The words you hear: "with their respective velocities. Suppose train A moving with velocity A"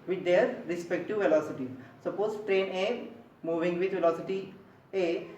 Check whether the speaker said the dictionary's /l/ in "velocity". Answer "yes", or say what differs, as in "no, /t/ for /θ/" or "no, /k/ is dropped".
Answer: yes